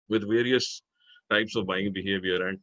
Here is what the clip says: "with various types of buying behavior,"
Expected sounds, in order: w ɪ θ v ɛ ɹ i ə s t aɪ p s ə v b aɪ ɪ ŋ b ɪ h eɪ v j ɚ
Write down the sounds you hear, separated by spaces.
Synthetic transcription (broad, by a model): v ɪ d v ɛ ɹ i ə s t aɪ p s ə v b aɪ ɪ ŋ b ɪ h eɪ v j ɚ